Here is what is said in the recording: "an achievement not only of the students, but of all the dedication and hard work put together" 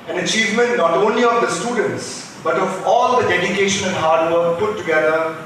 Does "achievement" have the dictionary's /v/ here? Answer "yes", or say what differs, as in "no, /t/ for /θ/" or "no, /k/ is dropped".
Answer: yes